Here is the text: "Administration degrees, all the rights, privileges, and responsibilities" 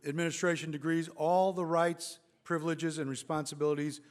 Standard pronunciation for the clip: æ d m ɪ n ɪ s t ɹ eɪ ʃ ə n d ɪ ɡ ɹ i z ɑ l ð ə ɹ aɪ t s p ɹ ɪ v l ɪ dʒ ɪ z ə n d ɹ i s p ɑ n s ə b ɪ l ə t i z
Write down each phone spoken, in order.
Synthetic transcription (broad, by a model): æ d m ɪ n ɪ s t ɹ eɪ ʃ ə n d ɪ ɡ ɹ i z ɑ l ð ə ɹ aɪ t s p ɹ ɪ v l ɪ dʒ ɪ z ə n ɹ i s p ɑ n s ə b ɪ l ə t i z